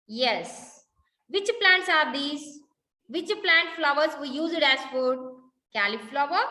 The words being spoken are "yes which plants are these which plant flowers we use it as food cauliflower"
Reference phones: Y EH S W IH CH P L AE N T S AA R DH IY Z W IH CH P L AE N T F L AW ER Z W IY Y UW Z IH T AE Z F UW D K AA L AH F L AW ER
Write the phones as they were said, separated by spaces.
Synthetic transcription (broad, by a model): Y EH S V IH CH P L AE N T S AA R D IY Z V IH CH P L AE N T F L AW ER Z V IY Y UW Z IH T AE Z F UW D K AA L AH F L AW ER